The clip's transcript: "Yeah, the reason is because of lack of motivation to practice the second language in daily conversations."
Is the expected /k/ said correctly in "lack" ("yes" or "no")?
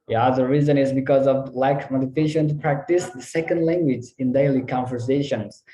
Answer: no